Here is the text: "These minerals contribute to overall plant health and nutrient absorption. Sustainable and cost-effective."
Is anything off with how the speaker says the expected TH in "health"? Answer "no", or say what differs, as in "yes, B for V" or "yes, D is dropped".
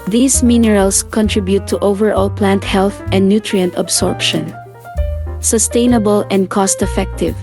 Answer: no